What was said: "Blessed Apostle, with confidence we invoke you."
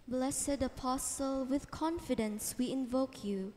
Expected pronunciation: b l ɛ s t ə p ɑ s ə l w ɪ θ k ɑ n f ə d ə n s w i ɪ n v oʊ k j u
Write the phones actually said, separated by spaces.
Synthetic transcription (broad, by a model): b l ɛ s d ə p ɑ s ə l w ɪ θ k ɑ n f ə d ə n s w i ɪ n v oʊ k j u